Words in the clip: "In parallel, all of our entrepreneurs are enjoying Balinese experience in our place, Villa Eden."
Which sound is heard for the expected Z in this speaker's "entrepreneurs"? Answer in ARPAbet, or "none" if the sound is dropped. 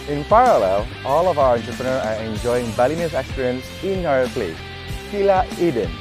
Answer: none